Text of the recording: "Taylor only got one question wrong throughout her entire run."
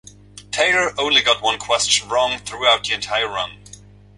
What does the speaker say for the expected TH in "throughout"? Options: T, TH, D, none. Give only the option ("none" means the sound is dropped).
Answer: TH